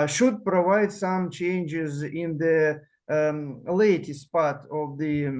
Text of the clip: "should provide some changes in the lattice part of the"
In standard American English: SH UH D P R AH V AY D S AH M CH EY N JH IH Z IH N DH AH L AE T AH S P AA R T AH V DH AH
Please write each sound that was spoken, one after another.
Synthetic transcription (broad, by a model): SH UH D P R AH V AY D S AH M CH EY N JH IH Z IH N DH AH L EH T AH S P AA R T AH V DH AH